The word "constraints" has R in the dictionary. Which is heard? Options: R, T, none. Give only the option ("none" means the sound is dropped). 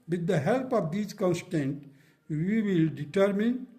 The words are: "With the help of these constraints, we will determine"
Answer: none